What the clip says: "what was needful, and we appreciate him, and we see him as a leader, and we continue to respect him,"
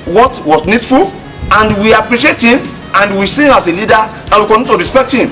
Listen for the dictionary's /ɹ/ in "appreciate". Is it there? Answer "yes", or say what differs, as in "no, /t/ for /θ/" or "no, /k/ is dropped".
yes